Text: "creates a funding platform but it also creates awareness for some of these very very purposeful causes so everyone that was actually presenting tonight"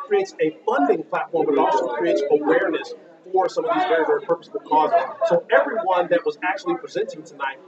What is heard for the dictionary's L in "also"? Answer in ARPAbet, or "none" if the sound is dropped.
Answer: none